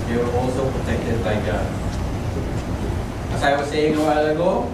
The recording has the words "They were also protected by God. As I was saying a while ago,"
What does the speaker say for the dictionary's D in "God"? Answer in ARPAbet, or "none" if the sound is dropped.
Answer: none